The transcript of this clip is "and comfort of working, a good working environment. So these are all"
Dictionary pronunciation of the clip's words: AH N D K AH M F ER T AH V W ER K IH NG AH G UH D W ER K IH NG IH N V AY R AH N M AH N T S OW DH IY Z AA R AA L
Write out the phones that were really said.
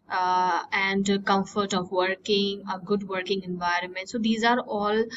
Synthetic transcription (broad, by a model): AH N D K AH M F ER T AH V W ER K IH NG AH G UH D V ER K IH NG IH N V AY R AH N M AH N T S OW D IY Z AA R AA L